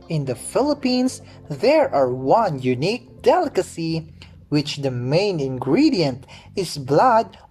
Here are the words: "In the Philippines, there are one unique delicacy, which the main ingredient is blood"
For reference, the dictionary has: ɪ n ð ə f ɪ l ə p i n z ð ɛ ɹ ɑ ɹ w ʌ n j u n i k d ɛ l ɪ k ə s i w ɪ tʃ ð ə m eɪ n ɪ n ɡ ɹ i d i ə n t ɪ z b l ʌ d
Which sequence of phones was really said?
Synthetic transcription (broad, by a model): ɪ n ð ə f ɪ l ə p i n s ð ɛ ɹ ɑ ɹ w ʌ n j u n i k d ɛ l ɪ k ə s i w ɪ tʃ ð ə m eɪ n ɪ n ɡ ɹ i d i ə n t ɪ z b l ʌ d